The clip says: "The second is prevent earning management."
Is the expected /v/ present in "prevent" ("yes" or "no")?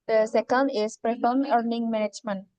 no